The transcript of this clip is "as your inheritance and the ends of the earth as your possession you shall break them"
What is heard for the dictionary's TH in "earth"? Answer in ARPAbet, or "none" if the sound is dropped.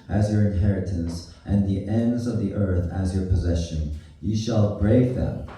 TH